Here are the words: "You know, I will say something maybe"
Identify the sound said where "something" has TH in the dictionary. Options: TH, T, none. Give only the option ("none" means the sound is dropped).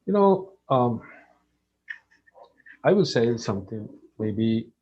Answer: T